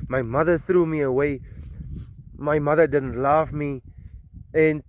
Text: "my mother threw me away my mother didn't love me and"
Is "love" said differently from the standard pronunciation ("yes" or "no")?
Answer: yes